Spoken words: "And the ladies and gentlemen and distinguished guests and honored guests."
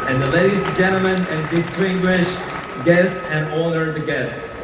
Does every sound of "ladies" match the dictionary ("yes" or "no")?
no